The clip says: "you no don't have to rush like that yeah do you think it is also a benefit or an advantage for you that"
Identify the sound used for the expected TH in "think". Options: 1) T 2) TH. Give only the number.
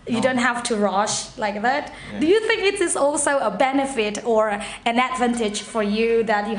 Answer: 2